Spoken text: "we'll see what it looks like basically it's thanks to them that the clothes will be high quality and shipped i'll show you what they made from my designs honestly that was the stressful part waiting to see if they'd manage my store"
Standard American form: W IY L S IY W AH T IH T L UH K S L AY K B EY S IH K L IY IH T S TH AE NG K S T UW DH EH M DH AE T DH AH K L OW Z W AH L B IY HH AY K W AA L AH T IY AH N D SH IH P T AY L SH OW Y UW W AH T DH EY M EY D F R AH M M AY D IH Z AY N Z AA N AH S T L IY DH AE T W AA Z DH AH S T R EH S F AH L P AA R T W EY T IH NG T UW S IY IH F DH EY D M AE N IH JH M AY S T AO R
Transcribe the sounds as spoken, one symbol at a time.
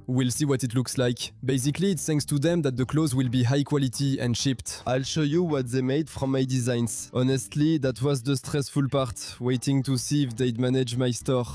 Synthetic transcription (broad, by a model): W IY L S IY W AH T IH T L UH K S L AY K B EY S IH K L IY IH T S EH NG S T UW DH EH M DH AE T DH AH K L OW Z W AH L B IY HH AY K W AA L AH T IY AH N D SH IH P T AY L SH OW Y UW W AH T DH EY M EY D F R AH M M AY D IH Z AY N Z AA N AH S T L IY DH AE T W AA Z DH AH S T R EH S F AH L P AA R T W EY T IH NG T UW S IY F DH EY D M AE N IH JH M AY S T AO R